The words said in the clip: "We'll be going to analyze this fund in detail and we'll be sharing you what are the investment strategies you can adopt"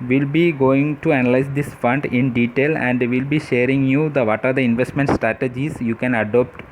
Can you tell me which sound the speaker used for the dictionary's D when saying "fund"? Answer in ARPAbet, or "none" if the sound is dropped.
D